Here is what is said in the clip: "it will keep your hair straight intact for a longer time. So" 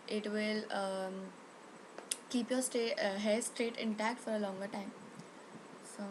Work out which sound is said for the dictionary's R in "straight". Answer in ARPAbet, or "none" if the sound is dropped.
R